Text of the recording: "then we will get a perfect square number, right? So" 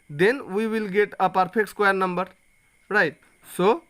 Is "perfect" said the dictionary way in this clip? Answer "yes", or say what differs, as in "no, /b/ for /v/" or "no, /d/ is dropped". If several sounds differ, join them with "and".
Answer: no, /p/ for /f/